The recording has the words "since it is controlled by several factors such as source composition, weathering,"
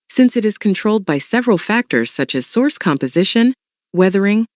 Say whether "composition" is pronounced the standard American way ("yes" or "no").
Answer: yes